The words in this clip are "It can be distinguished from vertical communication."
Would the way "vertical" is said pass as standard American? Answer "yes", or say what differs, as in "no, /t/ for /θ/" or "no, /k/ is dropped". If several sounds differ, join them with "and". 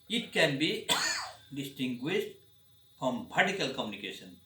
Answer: no, /p/ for /v/